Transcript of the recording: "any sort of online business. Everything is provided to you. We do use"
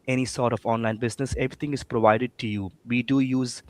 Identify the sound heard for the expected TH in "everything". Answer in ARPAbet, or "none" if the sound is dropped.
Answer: T